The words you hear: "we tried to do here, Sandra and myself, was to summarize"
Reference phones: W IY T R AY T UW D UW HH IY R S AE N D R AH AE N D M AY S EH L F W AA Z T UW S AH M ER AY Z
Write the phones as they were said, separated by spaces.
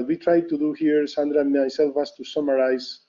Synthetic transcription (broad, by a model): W IY T R AY T UW D UW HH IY R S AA N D R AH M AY S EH L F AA S T UW S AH M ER AY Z